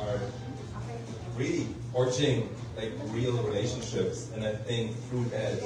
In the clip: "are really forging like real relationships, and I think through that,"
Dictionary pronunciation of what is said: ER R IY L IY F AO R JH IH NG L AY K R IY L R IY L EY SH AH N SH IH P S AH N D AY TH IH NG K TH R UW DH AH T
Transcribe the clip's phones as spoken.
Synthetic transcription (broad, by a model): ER R IY L IY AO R CH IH NG L AY K R IY L R IY L EY SH AH N SH IH P S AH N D AY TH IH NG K TH R UW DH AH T